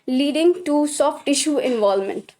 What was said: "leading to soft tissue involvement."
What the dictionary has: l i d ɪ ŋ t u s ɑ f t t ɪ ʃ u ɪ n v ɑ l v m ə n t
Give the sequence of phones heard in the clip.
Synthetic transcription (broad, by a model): l i d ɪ ŋ t u s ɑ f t t ɪ ʃ u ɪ n v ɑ l m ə n t